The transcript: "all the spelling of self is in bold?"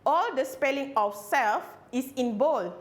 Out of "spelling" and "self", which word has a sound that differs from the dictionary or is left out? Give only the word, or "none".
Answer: none